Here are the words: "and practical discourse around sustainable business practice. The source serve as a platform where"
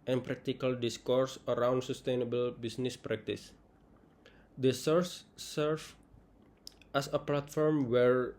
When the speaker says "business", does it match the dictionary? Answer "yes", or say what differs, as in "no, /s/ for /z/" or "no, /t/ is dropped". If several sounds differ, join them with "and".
no, /s/ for /z/